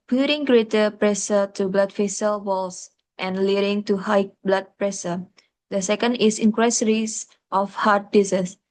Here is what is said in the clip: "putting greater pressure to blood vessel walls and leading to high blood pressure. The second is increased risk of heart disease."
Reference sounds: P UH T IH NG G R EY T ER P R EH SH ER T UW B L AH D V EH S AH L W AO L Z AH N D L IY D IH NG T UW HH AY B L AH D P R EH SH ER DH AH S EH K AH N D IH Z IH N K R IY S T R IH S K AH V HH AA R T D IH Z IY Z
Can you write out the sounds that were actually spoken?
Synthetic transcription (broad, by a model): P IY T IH NG G R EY T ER P R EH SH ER T UW B L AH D F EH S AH L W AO L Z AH N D L IY D IH NG T UW HH AY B L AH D P R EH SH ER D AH S EH K AH N D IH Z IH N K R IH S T R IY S AH F HH AA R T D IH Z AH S